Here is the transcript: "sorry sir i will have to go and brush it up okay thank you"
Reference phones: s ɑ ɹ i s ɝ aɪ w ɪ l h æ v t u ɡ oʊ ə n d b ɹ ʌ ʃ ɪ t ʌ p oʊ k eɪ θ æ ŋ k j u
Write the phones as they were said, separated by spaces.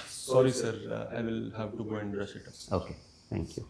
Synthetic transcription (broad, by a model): s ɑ ɹ i s ɝ aɪ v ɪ l h æ v t u ɡ oʊ ə n d ɹ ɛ s ɪ t ʌ p oʊ k eɪ t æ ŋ k j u